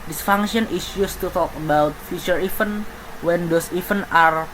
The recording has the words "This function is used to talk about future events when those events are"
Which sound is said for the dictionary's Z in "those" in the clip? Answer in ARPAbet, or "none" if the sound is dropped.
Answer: S